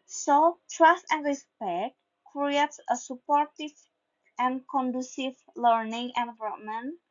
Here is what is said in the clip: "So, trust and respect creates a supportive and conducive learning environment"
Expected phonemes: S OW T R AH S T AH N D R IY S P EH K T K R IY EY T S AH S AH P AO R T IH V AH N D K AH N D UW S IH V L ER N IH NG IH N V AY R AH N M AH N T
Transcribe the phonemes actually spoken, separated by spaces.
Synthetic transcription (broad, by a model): S OW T R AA S T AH N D R IY S P EH K T K R IY EY T S AH S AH P AO R T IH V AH N K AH N D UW S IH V L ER N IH NG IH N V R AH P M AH N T